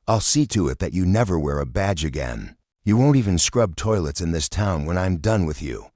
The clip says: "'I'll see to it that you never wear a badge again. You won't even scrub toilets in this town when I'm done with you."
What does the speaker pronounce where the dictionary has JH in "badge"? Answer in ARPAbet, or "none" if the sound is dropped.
JH